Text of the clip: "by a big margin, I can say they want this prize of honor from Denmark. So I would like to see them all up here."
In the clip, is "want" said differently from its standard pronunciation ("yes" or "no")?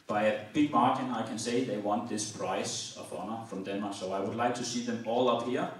no